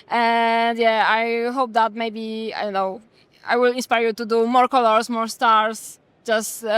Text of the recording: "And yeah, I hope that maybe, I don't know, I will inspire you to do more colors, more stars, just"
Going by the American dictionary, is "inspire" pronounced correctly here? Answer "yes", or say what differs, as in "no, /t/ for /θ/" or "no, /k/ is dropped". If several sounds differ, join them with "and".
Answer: yes